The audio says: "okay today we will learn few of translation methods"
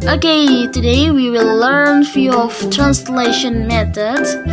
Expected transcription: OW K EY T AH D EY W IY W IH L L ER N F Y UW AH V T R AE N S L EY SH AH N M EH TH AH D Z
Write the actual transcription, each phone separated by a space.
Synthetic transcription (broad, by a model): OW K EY T AH D EY W IY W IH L L ER N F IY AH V T R AE N S L EY SH AH N M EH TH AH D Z